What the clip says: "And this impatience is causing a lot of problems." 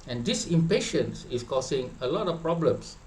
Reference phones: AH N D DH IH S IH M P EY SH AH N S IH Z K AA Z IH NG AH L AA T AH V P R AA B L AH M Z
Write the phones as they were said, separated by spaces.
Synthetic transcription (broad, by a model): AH N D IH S IH M P EY SH AH N S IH S K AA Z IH NG AH L AA T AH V P R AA B L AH M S